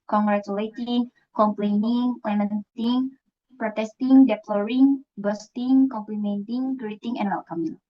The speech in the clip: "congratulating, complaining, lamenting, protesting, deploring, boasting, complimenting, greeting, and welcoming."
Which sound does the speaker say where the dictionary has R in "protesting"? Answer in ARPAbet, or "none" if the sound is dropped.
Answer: R